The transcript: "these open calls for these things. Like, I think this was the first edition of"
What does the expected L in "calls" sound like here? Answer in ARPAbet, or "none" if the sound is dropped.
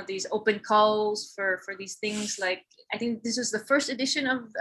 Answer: L